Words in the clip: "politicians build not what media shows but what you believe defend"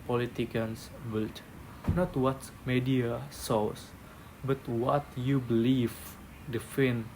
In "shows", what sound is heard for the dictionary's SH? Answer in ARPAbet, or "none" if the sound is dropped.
S